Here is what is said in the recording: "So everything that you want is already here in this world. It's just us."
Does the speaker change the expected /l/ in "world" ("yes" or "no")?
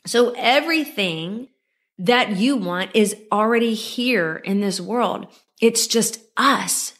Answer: no